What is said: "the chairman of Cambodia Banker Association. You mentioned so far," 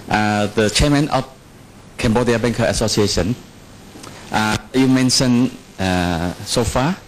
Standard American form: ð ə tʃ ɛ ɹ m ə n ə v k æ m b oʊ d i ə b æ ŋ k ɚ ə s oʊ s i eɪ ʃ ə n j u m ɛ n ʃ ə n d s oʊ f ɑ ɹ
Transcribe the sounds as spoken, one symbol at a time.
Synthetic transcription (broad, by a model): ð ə tʃ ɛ m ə n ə f k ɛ m b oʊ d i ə b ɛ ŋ k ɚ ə s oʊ s i eɪ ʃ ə n j u m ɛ n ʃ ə n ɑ s oʊ f ɑ